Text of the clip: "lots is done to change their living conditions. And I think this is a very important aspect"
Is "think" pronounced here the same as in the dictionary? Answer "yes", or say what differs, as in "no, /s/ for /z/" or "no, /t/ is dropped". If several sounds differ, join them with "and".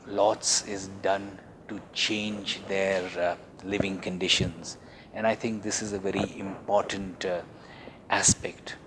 no, /t/ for /θ/